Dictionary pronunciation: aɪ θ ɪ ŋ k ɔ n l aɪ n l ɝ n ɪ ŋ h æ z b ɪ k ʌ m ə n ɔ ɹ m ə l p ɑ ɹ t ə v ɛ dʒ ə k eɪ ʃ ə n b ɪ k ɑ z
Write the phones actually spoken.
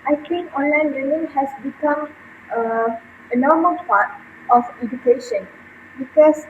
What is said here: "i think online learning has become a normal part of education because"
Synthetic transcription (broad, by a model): aɪ t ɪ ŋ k ɔ n l aɪ n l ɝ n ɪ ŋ h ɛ s b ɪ k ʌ m ə n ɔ m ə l p ɑ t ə f ɛ dʒ ə k eɪ ʃ ə n b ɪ k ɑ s